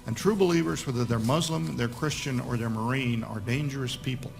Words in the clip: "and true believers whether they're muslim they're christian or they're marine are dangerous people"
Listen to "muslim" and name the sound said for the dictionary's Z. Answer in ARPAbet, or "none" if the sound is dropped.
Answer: Z